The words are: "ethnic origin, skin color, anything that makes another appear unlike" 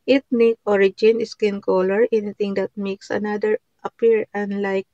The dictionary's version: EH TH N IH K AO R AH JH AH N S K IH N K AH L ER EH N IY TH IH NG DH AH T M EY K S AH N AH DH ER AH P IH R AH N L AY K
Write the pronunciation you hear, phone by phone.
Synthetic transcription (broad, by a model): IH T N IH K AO R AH JH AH N S K IH N K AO L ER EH N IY T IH NG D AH T M EY K S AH N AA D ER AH P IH R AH N L AY K